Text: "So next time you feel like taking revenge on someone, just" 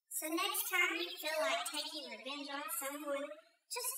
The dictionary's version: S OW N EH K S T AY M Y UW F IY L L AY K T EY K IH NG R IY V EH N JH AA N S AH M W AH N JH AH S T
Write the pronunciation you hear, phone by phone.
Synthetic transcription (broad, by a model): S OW N EH K S T AY M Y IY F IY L L AY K T EY K IH NG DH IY B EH N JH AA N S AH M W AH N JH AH S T